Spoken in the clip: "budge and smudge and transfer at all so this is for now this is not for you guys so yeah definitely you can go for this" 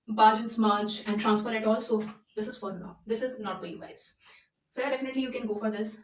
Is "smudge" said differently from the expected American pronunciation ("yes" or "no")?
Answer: yes